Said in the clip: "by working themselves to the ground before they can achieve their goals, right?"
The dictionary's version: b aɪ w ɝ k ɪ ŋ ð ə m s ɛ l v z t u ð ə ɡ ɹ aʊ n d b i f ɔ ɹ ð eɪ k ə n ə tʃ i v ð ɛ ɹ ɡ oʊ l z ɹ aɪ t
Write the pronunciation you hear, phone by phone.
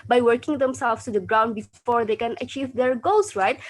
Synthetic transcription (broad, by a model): b aɪ w ɝ k ɪ ŋ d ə m s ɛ l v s t u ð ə ɡ ɹ aʊ n d b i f ɔ ɹ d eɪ k ə n ə tʃ i v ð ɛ ɹ ɡ oʊ l s ɹ aɪ t